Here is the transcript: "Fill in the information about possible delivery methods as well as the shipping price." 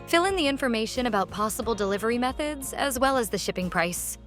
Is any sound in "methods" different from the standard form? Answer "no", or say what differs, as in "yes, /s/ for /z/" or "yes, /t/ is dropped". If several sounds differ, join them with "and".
no